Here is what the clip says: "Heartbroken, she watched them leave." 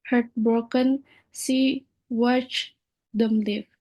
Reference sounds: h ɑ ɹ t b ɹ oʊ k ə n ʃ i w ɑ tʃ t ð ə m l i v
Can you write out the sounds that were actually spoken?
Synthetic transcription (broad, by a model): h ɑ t b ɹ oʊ k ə n s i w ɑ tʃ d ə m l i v